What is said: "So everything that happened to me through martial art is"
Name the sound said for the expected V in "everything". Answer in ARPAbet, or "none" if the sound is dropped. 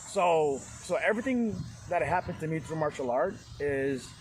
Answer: V